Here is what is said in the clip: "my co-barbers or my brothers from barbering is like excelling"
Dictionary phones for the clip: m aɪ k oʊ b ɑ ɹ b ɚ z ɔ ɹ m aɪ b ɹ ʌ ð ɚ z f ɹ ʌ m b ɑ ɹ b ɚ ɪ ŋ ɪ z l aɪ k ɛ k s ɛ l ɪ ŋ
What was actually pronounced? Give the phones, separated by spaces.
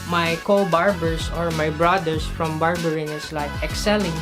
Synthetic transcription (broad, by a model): m aɪ k oʊ b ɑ ɹ b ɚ s ɔ ɹ m aɪ b ɹ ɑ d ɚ s f ɹ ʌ m b ɑ ɹ b ɚ ɪ ŋ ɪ s l aɪ k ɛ k s ɛ l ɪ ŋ